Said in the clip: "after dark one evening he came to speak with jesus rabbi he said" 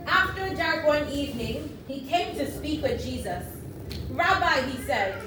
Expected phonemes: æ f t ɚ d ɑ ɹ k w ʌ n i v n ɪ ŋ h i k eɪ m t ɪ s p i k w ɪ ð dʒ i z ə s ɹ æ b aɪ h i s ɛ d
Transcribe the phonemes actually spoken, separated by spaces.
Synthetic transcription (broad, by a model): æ f t ɚ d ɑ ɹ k w ʌ n i v n ɪ ŋ h i k eɪ m t ɪ s p i k w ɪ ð dʒ i z ə s ɹ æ b aɪ h i s ɛ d